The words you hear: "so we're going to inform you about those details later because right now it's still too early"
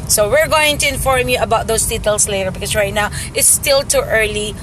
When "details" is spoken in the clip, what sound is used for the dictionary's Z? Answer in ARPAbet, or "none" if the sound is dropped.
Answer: S